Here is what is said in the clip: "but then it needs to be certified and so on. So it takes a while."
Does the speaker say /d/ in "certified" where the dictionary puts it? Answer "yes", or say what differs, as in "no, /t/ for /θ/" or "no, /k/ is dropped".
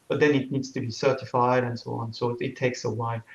yes